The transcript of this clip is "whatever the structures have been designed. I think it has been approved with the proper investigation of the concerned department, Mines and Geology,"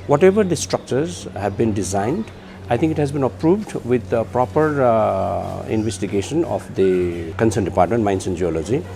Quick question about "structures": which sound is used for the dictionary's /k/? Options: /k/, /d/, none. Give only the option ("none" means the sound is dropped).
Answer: /k/